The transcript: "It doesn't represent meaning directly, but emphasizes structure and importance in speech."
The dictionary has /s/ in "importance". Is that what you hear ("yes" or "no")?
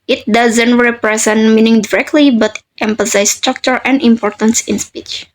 yes